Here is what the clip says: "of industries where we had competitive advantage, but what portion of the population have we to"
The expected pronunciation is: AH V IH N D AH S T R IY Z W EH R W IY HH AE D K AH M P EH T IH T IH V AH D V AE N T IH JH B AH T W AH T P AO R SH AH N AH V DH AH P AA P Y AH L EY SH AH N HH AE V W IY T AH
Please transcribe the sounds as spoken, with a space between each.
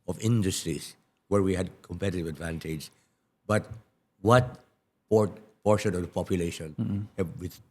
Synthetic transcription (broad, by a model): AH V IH N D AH S T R IY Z W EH R W IY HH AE D K AH M P EH T IH T IH V AH D V AE N T IH JH B AH T W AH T P AO R SH AH N AH V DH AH P AA P Y AH L EY SH AH N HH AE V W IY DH